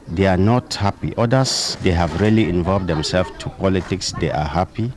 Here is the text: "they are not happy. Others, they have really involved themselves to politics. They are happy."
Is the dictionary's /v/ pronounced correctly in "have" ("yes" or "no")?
yes